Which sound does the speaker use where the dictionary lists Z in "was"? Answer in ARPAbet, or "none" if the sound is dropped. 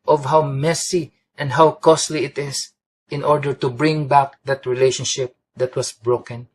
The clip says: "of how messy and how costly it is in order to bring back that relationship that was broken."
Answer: S